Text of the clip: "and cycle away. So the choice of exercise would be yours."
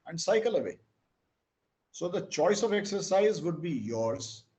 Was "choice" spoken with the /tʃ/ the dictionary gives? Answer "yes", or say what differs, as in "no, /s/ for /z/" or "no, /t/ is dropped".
yes